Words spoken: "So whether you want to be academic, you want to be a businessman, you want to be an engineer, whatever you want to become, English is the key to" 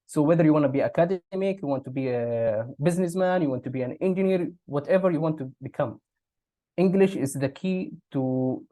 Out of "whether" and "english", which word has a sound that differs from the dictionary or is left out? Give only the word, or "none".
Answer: none